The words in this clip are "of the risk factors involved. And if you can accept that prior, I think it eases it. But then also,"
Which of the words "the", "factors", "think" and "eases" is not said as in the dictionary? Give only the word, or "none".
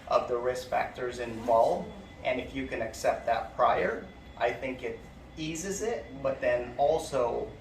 none